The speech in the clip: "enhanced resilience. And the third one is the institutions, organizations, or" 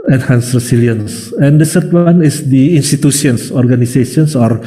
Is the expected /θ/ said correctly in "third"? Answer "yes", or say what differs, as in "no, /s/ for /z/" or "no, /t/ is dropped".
no, /s/ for /θ/